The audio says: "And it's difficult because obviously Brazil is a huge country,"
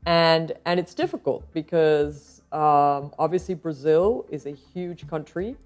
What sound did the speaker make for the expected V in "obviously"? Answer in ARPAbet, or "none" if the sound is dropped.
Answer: V